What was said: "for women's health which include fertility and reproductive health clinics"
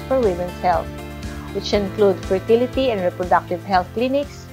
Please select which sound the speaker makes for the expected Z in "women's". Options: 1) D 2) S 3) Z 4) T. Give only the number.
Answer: 2